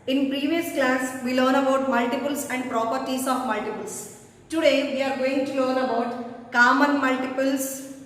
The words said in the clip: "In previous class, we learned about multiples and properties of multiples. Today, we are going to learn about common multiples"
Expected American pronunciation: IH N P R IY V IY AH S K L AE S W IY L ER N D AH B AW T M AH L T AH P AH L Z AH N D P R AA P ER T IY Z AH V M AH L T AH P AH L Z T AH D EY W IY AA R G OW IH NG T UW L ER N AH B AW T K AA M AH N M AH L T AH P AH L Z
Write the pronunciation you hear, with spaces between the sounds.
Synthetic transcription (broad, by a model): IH N P R IY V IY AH S K L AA S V IY L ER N AH B AW T M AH L T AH P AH L S AH N D P R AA P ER T IY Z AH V M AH L T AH P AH L S T AH D EY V IY AA R G OW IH NG T UW L ER N AH B AW T K AA M AH N M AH L T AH P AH L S